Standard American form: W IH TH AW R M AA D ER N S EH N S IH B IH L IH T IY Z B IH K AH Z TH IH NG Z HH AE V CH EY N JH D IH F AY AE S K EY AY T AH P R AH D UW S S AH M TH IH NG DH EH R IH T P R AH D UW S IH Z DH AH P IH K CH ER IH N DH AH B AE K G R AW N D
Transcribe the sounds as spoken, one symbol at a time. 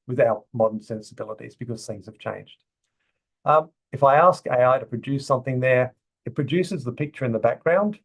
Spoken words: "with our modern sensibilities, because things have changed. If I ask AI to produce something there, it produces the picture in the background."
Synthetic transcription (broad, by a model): W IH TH AW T M AA D ER N S EH N S IH B IH L IH T IY Z B IH K AH Z TH IH NG Z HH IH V CH EY N JH D IH F AY AE S K EY AY T AH P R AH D UW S S AH M TH IH NG DH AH R IH T P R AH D UW S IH Z DH AH P IH K CH ER IH N DH AH B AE K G R AW N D